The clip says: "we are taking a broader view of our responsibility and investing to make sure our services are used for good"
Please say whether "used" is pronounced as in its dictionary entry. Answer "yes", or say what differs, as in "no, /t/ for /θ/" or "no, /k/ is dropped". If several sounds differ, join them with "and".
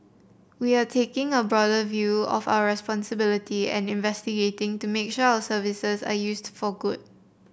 no, /s/ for /z/